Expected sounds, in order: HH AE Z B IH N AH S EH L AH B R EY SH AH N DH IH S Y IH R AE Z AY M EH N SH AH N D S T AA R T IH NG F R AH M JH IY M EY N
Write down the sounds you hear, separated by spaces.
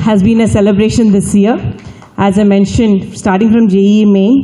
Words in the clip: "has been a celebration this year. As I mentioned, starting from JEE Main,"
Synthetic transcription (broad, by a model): HH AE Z B IH N AH S EH L AH B R EY SH AH N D IH S Y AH R AE Z AY M EH N SH AH N D S T AA R T IH NG F R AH M JH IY M EY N